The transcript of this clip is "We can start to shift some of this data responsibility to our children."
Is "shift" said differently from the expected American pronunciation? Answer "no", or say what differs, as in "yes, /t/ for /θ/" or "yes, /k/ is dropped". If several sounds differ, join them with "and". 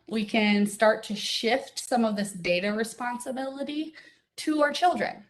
no